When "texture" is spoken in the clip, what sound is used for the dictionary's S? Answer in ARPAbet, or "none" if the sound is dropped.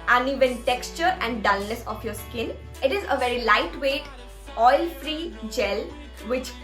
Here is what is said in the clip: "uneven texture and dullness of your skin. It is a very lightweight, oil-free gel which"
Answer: S